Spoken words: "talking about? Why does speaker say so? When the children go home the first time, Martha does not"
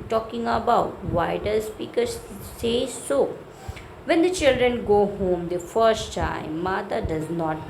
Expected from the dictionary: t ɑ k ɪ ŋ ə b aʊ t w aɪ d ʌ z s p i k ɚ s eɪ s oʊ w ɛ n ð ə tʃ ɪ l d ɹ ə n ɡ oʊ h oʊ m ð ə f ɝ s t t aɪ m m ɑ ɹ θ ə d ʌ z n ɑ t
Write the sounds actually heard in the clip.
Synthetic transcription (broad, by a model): t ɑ k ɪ ŋ ə b aʊ t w aɪ d ʌ z s p i k ɚ s eɪ s oʊ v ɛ n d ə tʃ ɪ l d ɹ ə n ɡ oʊ h oʊ m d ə f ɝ s t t aɪ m m ɑ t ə d ʌ z n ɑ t